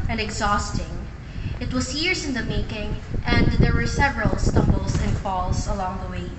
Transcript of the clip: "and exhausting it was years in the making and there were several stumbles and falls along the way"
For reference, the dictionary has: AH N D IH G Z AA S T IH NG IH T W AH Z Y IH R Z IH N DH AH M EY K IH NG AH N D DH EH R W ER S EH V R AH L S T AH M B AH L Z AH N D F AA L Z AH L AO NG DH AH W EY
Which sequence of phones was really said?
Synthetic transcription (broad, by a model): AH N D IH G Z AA S T IH NG IH T W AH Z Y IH R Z IH N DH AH M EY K IH NG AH N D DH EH R W ER S EH V R AH L S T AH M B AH L S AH N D F AA L S AH L AO NG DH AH W EY